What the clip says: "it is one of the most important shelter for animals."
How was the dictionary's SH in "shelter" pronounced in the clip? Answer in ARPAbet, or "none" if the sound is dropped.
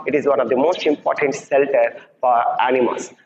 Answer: S